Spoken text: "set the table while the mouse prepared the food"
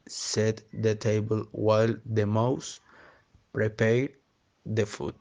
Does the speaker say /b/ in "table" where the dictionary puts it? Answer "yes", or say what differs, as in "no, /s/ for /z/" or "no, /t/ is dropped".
yes